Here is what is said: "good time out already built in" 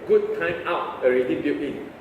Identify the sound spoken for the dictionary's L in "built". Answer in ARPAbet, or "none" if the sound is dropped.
none